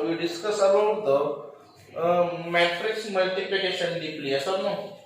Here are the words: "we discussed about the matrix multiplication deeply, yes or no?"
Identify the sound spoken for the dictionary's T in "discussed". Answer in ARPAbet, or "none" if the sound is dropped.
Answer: none